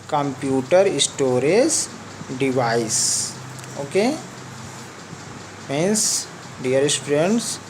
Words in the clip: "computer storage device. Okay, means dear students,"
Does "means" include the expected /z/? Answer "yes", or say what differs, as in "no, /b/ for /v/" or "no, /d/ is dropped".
no, /s/ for /z/